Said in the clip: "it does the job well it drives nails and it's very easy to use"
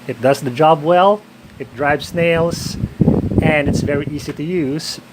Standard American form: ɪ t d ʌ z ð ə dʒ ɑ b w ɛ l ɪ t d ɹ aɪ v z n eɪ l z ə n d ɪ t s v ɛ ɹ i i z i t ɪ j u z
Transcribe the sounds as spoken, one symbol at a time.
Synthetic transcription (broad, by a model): ɪ t d ʌ z ð ə dʒ ɑ b w ɛ l ɪ t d ɹ aɪ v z n eɪ l z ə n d ɪ t s v ɛ ɹ i i z i t ɪ j u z